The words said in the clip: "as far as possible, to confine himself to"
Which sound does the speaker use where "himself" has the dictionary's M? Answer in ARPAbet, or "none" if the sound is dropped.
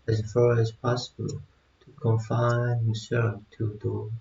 none